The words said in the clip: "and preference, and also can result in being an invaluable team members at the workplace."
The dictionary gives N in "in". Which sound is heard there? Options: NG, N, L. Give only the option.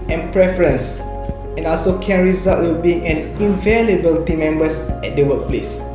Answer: L